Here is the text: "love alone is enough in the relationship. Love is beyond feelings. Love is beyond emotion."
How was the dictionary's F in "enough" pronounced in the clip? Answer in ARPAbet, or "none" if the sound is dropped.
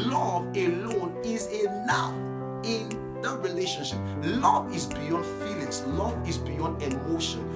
none